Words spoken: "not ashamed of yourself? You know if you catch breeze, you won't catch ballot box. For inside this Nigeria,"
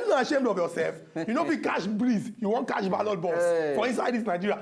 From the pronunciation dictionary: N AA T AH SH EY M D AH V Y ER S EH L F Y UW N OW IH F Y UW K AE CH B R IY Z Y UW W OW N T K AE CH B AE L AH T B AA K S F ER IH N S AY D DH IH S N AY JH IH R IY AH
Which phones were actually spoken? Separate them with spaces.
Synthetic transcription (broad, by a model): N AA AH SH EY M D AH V Y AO S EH L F Y UW N OW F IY K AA SH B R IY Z Y UW W OW N T K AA SH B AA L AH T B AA S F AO IH N S AY D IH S N AY JH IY R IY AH